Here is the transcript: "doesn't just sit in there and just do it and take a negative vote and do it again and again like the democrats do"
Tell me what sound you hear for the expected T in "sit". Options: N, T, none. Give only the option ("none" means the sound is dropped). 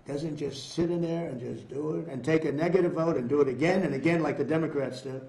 T